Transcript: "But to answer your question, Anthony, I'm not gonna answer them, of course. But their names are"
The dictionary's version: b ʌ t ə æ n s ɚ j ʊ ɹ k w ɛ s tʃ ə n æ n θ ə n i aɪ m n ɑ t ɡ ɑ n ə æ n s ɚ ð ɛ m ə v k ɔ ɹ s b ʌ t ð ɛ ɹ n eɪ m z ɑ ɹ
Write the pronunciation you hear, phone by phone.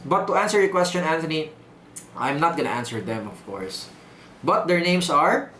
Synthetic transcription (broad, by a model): b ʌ t ə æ n s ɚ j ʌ k w ɛ s tʃ ə n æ n t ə n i aɪ m n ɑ t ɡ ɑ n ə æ n s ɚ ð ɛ m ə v k ɔ ɹ s b ʌ t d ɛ ɹ n eɪ m s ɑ ɹ